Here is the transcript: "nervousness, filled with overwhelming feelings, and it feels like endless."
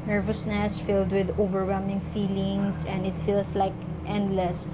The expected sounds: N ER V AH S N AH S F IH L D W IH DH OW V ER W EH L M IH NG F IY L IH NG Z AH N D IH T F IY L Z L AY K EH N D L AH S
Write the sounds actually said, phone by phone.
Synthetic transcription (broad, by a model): N ER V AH S N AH S F IH L D W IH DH OW V ER W EH L M IH NG F IY L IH NG S AH N D IH T F IY L S L AY K EH N D L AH S